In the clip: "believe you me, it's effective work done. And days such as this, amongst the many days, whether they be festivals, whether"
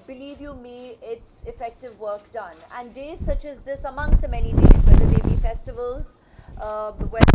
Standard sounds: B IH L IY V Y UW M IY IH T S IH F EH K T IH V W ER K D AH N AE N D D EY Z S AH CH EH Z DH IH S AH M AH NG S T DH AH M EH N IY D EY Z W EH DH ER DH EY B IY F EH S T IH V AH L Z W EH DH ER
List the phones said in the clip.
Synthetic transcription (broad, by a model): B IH L IY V Y UW M IY IH T S IH F EH K T IH V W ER K D AH N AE N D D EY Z S AH CH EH Z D IH S AH M AH NG S T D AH M EH N IY D EY Z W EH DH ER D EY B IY F EH S T IH V AH L Z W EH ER